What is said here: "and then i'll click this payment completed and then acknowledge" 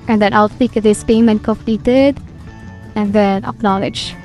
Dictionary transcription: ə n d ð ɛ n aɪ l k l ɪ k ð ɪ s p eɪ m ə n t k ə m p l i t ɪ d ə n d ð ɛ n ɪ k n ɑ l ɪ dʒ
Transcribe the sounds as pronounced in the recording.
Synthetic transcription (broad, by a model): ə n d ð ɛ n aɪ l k ɪ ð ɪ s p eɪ m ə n k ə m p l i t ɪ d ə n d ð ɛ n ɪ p n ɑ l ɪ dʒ